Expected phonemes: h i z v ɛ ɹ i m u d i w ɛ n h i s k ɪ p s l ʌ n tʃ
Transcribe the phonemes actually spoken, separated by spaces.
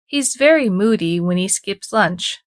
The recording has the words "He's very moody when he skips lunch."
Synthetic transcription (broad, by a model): h i z v ɛ ɹ i m u d i w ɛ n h i s k ɪ p s l ʌ n tʃ